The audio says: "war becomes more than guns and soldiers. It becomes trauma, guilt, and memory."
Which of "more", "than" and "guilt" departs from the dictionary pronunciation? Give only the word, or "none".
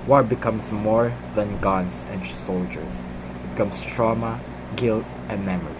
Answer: none